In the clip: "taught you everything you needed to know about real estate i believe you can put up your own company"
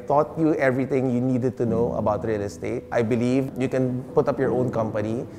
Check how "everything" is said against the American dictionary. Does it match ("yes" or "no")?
no